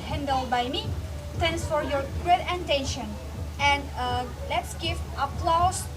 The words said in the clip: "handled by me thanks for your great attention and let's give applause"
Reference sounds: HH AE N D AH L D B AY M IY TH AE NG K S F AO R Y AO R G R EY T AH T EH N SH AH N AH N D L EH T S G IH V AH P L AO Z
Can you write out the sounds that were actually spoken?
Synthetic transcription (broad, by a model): HH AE N D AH L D B AY M IY T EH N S F AO R Y AO R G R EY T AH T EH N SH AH N AH N D L EH T S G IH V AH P L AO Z